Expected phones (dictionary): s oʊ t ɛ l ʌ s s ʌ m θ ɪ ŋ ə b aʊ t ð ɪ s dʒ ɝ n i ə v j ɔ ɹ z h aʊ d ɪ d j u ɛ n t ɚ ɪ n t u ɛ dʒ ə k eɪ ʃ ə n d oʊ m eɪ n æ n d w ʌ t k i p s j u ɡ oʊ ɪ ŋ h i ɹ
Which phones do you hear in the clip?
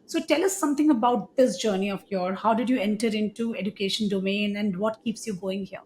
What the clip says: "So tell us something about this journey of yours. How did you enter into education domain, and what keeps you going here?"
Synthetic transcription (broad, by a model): s oʊ t ɛ l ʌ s s ʌ m t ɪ ŋ ə b aʊ t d ɪ s dʒ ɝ n i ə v j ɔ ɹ h aʊ d ɪ d j u ɛ n t ɚ ɪ n t u ɛ dʒ ə k eɪ ʃ ə n d oʊ m eɪ n æ n d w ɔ t k i p s j u ɡ oʊ ɪ ŋ h i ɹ